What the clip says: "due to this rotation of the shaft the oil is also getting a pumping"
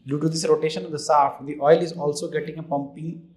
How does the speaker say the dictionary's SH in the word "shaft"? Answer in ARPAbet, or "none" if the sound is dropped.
S